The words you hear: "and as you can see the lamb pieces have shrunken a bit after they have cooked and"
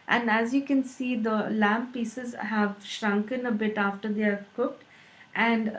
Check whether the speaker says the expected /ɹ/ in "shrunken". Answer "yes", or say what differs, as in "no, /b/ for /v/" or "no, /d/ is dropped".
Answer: yes